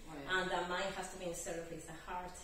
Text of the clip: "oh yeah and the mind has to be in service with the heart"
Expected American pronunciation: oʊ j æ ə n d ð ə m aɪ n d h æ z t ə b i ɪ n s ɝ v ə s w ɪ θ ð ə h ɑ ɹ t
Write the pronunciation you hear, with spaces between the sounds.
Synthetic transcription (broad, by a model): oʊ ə n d ð ə m aɪ n d h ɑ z t ə b i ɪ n s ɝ ə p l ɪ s ð ə h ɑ ɹ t